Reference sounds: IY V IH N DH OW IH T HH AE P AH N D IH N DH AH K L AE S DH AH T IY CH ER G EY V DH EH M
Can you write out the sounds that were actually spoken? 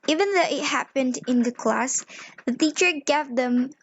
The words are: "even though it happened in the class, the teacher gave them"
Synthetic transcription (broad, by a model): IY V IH N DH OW IH T HH AE P AH N D IH N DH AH K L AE S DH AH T IY CH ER G EY V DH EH M